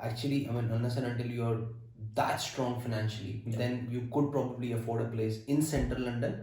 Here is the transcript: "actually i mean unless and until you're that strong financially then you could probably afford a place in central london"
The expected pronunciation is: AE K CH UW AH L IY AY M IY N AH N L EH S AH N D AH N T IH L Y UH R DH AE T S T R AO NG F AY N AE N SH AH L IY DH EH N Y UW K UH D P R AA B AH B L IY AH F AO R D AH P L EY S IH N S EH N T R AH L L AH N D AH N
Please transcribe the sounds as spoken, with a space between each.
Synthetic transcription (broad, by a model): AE K CH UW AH L IY AY M IY N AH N AH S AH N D AH N T IH L Y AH R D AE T S T R AO NG F AY N AE N SH AH L IY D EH N Y UW K UH D P R AA B AH B L IY AH F AO R D AH P L EY S IH N S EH N T R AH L L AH N D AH N